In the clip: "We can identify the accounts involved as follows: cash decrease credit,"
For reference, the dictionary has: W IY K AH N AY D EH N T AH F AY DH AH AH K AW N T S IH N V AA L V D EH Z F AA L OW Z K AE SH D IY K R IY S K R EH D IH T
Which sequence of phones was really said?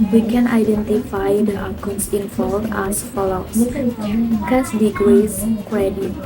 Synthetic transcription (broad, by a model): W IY K AH N AY D EH N T AH F AY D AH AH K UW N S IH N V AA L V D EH S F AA L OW K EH S D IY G R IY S K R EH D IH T